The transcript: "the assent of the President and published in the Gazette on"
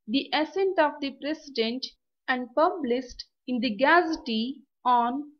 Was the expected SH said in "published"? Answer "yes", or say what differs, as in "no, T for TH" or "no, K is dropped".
no, S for SH